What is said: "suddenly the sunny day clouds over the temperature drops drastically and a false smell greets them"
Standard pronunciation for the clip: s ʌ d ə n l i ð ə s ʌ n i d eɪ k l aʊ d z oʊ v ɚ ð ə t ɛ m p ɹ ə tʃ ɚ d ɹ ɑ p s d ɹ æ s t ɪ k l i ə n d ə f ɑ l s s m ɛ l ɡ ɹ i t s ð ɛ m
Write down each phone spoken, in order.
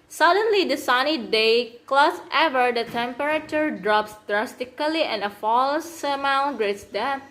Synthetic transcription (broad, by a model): s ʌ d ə n l i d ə s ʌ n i d eɪ k l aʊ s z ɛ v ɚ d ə t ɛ m p ɹ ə tʃ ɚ d ɹ ɑ p s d ɹ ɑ s t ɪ k l i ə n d ə f ɑ l s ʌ m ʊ n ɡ ɹ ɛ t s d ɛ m